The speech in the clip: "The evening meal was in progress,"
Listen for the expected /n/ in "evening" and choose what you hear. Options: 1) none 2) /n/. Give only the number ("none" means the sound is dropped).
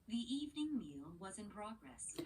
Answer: 2